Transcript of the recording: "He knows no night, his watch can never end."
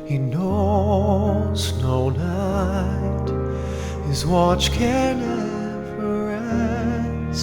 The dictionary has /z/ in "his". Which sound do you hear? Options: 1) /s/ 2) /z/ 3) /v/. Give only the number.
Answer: 2